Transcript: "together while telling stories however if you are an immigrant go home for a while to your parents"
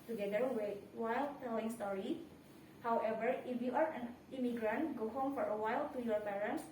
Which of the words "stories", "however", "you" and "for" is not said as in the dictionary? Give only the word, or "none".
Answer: stories